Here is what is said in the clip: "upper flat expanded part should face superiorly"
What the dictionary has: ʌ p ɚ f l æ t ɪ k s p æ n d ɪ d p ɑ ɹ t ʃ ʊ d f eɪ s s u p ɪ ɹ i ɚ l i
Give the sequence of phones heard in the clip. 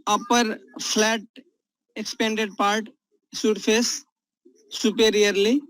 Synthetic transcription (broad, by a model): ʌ p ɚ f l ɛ t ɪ k s p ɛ n d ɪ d p ɑ ɹ t s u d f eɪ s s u p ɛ ɹ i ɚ l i